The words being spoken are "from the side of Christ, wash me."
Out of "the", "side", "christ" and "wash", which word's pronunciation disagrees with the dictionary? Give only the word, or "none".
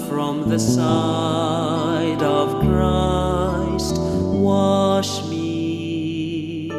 none